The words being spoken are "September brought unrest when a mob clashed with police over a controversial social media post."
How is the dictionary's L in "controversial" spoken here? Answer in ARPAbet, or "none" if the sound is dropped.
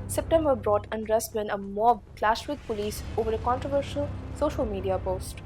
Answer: L